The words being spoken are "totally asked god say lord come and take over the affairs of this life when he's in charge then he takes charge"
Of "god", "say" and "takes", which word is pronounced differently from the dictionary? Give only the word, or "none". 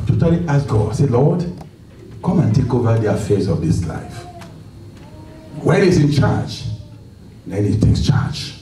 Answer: none